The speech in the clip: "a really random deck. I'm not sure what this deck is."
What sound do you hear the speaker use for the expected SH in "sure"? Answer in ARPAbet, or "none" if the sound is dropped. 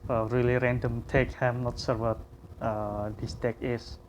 S